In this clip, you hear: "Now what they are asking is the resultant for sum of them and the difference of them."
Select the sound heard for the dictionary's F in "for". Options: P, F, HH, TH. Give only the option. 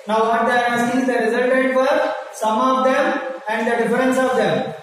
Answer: P